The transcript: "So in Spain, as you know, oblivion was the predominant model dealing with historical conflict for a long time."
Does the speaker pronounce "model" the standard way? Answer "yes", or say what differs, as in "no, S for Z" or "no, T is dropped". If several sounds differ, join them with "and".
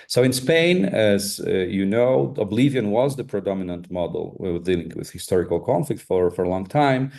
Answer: no, W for L